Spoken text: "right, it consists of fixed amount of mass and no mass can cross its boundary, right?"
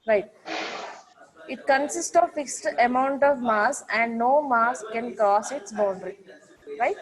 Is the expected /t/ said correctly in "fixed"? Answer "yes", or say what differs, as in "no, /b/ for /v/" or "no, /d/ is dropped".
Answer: yes